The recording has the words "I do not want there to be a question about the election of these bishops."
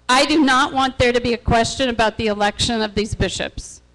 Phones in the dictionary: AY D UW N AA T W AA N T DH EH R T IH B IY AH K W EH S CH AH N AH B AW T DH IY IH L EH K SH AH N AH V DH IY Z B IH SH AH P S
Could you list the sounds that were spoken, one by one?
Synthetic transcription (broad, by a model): AY D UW N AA T W AA N DH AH R T IH B IY AH K W EH S CH AH N AH B AW T DH IY IH L EH K SH AH N AH V DH IY Z B IH SH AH P S